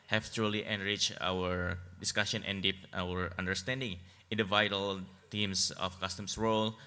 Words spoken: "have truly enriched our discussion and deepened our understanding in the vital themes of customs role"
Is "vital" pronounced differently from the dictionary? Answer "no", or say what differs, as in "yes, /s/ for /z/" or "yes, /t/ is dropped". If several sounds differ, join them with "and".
no